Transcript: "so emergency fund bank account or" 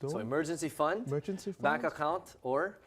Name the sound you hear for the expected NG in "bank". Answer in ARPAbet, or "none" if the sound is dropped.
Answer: none